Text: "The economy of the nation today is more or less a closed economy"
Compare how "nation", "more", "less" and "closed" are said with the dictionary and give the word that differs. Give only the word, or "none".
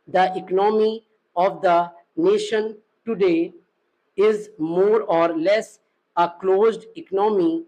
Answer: none